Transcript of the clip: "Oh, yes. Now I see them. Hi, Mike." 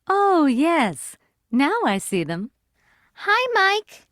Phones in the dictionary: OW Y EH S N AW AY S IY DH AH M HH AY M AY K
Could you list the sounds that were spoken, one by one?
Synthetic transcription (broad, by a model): OW Y EH S N AW AY S IY DH AH M HH AY M AY K